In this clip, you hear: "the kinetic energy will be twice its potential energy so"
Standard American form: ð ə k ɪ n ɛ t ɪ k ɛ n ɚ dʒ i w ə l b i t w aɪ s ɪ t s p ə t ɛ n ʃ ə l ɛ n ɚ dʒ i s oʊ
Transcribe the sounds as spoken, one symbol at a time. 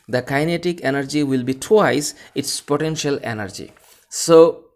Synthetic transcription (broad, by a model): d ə k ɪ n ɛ t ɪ k ɛ n ɚ dʒ i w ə l b i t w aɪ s ɪ t s p ə t ɛ n ʃ ə l ɛ n ɚ dʒ i s oʊ